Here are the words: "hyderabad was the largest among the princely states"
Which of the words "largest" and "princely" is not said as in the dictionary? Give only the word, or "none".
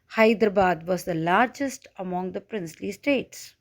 none